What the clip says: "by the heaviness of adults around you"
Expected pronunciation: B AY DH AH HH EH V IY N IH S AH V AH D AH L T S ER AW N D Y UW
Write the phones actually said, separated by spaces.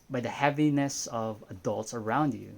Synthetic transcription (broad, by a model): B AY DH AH HH EH V IY N IH S AH V AH D AH L T S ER AW N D Y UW